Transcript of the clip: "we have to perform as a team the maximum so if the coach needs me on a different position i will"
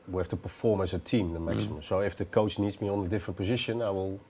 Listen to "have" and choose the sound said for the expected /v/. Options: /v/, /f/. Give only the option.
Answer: /f/